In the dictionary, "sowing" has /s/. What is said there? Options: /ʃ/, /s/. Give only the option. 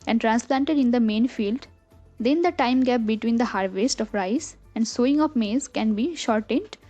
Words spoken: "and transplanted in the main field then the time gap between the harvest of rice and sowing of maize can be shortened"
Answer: /s/